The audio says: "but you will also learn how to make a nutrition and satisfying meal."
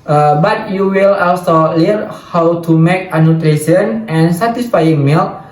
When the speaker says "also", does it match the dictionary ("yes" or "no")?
yes